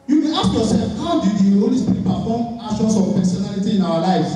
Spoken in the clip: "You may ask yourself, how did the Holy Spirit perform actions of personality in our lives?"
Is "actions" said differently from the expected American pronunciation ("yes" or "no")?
yes